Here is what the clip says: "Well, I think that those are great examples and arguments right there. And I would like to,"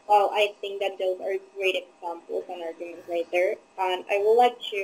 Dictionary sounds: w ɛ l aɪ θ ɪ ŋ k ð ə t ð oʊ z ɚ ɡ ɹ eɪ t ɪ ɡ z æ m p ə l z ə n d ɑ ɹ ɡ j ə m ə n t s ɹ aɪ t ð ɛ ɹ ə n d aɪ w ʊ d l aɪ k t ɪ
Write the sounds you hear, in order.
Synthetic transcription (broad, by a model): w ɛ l aɪ θ ɪ ŋ k ð ə t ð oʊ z ɚ ɡ ɹ eɪ t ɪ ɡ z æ m p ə l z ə n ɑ ɹ ɡ j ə m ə n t ɹ aɪ t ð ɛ ɹ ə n aɪ w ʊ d l aɪ k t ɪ